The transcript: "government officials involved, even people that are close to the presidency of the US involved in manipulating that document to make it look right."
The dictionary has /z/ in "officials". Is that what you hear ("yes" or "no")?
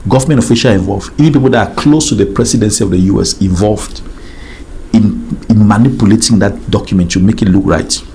no